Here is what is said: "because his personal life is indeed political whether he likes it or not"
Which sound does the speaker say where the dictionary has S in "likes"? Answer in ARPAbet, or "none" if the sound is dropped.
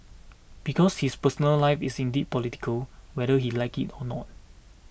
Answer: none